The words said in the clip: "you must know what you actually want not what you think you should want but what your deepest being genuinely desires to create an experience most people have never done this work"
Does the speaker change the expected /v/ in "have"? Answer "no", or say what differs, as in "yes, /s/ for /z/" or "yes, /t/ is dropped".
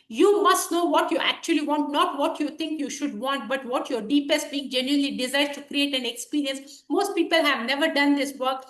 no